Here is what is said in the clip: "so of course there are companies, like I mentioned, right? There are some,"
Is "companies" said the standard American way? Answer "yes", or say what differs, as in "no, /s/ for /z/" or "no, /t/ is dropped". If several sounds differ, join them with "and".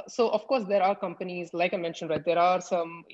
yes